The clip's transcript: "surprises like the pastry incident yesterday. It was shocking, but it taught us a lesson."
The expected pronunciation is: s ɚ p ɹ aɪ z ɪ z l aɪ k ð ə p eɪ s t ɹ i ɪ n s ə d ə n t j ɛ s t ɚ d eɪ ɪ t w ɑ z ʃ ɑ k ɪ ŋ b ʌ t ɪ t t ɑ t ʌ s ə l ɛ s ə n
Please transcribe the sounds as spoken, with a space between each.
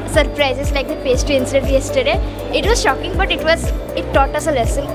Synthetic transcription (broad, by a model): s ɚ p ɹ aɪ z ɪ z l aɪ k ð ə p eɪ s t i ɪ n s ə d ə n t j ɛ s t ɚ d eɪ ɪ t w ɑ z ʃ ɑ k ɪ ŋ b ʌ t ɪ t t ɑ t ʌ s ə l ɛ s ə n